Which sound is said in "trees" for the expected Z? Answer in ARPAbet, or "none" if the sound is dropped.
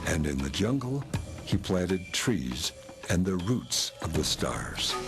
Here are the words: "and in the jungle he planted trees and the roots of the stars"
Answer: Z